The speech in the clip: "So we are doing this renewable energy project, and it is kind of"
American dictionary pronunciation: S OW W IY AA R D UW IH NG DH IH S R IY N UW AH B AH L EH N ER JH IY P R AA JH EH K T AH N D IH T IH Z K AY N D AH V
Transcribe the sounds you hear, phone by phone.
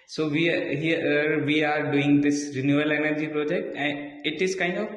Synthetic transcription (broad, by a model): S OW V IY AA R D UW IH NG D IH S R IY N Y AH AH L EH N ER JH IY P R AA JH EH K T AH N IH T IH Z K AY N D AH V